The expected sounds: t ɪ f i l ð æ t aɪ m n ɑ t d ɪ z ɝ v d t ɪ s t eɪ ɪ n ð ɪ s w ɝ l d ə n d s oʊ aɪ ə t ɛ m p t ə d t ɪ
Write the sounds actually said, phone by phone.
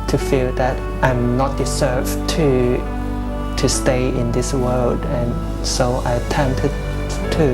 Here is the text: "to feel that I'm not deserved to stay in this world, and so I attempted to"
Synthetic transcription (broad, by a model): t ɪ f i l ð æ t aɪ m n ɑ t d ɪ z ɝ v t t ɪ s t eɪ ɪ n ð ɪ s w ɝ l d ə n s oʊ aɪ ə t ɛ m p t ə d t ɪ